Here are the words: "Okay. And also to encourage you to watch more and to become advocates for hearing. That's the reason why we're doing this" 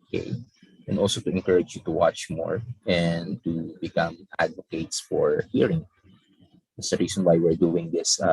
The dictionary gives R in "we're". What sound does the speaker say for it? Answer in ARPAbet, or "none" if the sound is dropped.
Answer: R